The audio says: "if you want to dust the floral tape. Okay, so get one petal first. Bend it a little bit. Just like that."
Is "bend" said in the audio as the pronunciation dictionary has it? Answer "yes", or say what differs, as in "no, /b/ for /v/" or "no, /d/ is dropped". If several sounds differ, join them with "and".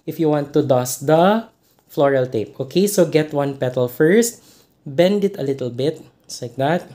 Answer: yes